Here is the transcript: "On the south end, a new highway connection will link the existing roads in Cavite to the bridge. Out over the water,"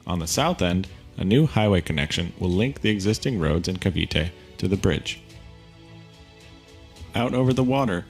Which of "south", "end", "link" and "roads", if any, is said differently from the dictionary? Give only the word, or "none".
none